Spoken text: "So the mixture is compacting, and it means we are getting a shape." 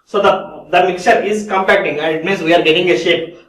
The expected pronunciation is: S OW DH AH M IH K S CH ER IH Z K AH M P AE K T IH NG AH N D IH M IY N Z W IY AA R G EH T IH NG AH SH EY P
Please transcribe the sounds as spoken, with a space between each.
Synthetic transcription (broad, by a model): S OW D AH M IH K CH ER IH Z K AH M P AE K T IH NG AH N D M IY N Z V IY AA R G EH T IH NG AH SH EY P